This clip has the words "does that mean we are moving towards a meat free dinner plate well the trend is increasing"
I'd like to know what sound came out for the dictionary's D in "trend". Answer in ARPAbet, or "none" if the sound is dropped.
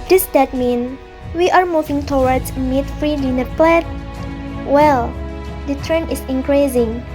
none